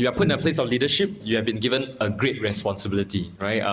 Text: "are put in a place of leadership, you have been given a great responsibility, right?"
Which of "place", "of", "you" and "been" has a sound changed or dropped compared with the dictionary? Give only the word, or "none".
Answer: of